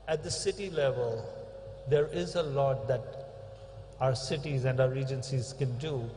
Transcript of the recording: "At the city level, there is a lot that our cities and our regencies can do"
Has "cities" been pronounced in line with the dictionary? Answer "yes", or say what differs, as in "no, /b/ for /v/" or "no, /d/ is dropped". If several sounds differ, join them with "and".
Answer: yes